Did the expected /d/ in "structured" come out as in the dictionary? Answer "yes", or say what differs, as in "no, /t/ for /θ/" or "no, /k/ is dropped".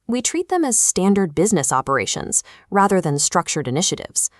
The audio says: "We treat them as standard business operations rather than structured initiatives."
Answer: yes